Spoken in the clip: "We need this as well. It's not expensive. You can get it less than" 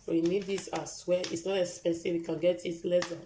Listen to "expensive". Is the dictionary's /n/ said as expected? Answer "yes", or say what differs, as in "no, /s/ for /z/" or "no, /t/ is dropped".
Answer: no, /n/ is dropped